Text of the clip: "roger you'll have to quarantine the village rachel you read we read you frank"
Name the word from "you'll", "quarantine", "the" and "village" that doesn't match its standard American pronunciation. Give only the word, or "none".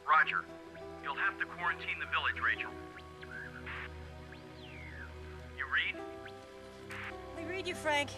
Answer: none